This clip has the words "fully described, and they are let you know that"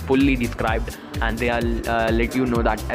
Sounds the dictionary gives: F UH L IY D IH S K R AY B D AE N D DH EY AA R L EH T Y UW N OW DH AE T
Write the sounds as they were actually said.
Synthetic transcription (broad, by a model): F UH L IY D IH S K R AY B D AE N D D EY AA L L EH T Y UW N OW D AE T